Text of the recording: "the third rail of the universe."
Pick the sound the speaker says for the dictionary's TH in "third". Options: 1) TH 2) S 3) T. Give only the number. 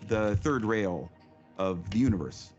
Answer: 1